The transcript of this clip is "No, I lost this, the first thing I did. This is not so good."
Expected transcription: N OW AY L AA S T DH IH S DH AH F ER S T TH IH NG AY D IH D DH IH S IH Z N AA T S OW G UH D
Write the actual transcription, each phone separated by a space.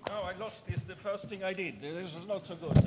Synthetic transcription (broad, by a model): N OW AY L AA S T DH IH S DH AH F ER S T TH IH NG AY D IH D DH IH S IH Z N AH T S OW G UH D